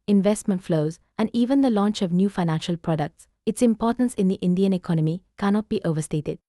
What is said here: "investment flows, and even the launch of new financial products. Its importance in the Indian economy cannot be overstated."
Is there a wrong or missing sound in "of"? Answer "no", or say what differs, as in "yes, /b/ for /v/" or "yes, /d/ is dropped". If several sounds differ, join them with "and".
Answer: no